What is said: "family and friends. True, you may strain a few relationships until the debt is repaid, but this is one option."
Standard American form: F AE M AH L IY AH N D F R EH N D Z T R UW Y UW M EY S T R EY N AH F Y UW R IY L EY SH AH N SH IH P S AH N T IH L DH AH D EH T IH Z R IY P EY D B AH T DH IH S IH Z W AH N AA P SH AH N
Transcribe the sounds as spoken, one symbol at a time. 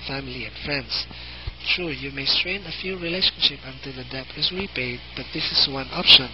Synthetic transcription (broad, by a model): F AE M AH L IY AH N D F R EH N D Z T R UW Y UW M EY S T R EY N AH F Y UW R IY L EY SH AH N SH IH P AH N T IH L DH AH D EH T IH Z R IY P EY D B AH T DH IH S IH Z W AH N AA P SH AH N